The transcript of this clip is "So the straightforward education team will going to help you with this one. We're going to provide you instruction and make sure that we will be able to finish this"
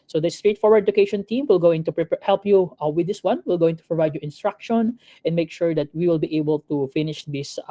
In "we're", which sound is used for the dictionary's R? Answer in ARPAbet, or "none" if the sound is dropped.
L